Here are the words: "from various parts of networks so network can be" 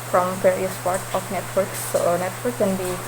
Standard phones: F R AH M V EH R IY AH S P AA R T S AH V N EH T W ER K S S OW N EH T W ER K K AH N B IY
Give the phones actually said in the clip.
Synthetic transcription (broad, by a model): F R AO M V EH R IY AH S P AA R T AH F N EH T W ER K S S OW N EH T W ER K K AH N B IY